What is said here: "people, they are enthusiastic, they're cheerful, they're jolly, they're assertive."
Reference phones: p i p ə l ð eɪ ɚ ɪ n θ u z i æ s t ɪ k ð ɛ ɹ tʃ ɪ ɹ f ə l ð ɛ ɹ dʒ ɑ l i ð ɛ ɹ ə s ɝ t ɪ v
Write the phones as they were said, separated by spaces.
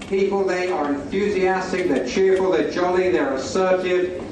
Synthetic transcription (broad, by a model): p i p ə l ð eɪ ɚ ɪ n θ u z i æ s t ɪ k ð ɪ tʃ ɪ ɹ f ə l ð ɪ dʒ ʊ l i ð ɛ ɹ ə s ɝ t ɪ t